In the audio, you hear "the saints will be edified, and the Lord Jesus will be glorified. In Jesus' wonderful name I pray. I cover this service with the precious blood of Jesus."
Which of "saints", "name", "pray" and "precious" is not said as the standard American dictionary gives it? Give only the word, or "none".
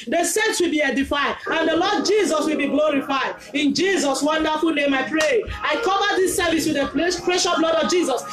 precious